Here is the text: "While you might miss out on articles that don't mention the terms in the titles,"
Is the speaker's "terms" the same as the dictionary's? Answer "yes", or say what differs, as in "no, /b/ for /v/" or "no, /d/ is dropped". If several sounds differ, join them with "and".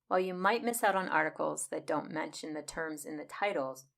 yes